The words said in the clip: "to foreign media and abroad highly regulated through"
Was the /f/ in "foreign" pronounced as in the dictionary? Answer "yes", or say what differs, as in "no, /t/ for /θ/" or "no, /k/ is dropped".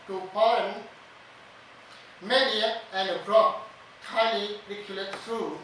no, /p/ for /f/